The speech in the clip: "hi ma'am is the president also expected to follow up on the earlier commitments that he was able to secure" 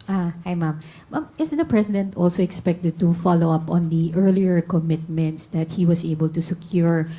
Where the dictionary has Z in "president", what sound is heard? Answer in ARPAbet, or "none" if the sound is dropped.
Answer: S